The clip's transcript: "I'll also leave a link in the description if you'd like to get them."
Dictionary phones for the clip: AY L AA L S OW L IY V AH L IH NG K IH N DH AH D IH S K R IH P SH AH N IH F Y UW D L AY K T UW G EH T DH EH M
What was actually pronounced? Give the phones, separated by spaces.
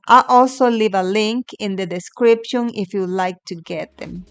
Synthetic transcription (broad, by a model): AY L AA L S OW L IY V AH L IH NG K IH N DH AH D IH S K R IH P SH AH N IH F Y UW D L AY K T UW G EH T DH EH M